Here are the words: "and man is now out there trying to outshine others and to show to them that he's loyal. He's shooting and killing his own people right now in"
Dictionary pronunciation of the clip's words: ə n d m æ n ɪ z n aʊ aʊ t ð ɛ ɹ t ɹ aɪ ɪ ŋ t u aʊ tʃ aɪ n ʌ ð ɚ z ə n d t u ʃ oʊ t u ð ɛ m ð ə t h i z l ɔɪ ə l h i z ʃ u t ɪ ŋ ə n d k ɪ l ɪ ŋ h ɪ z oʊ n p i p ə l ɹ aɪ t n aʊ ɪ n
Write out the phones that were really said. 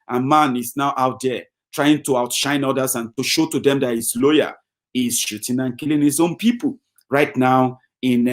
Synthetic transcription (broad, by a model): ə n m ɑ n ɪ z n aʊ aʊ t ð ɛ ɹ t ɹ aɪ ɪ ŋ t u aʊ tʃ aɪ n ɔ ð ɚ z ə n t u ʃ oʊ t u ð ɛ m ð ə t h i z l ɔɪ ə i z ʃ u t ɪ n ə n k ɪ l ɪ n h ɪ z oʊ n p i p ə l ɹ aɪ t n aʊ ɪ n